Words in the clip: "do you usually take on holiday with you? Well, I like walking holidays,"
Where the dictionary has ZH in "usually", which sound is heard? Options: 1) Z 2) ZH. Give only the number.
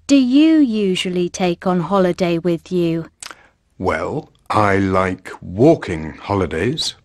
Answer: 2